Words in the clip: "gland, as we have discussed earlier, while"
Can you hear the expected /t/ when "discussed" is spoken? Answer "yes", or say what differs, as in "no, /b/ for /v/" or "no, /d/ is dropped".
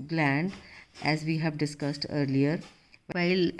yes